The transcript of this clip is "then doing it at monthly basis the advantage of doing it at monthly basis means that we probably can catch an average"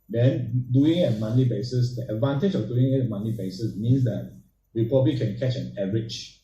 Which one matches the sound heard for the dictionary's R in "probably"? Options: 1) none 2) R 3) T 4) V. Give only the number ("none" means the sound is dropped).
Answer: 1